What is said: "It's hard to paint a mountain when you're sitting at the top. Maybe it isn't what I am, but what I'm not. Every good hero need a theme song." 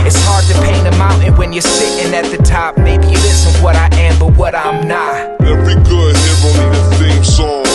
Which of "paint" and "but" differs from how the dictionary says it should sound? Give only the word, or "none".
paint